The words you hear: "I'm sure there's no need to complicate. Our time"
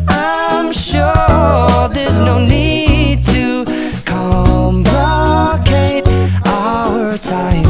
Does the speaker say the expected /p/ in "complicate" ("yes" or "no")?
no